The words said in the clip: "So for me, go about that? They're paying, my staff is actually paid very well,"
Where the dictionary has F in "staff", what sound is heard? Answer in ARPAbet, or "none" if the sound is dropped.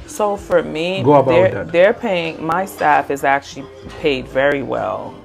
F